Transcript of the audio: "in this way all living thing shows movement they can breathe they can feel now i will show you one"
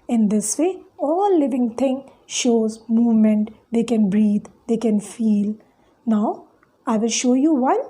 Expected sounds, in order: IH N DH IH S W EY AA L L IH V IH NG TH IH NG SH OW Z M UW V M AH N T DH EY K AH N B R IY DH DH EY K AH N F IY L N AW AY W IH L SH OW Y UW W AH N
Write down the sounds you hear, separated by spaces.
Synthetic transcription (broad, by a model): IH N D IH S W EY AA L L IH V IH NG T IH NG SH OW Z M UW V M AH N T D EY K AH N B R IY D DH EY K AH N F IY L N AW AY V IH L SH OW Y UW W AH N